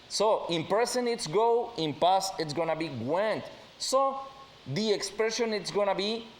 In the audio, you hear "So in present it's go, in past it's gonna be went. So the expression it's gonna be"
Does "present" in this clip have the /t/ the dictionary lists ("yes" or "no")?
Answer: no